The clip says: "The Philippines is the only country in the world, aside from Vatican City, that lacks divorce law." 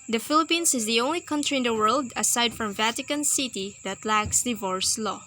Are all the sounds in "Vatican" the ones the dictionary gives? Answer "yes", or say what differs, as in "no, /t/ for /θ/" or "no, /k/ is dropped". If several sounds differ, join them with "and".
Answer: yes